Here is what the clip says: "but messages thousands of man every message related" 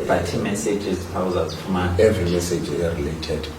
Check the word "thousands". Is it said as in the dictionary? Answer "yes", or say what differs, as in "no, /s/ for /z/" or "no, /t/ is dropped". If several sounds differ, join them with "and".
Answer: no, /n/ is dropped